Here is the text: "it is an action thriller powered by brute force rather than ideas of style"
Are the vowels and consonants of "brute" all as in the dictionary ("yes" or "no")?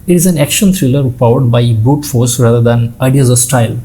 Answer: no